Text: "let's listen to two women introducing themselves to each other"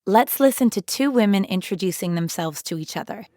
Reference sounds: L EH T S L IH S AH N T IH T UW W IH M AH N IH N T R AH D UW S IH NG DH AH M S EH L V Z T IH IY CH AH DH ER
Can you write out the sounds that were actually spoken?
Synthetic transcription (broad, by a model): L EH T S L IH S AH N T IH T UW W IH M AH N IH N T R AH D UW S IH NG DH AH M S EH L V Z T IH IY CH AH DH ER